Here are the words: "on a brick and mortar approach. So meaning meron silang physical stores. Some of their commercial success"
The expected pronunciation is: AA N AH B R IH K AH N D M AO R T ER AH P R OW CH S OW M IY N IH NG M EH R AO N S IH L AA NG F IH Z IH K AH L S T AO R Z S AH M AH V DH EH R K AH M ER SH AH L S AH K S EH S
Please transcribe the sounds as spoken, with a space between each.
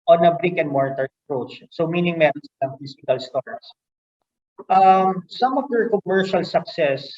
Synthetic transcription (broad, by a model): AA N AH B R IH K AH N D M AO R T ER AH P R OW CH S OW M IY N IH NG M EH R AO N S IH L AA NG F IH S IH K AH L S T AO R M S AH M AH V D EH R K AH M ER SH AH L S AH K S EH S